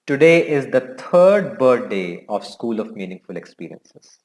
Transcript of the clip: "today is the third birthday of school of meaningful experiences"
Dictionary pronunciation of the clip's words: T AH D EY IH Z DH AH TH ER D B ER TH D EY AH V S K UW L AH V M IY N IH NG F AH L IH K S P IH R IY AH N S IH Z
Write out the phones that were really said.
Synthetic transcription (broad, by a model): T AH D EY IH Z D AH T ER D B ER T D EY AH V S K UW L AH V M IY N IH NG F AH L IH K S P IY R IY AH N S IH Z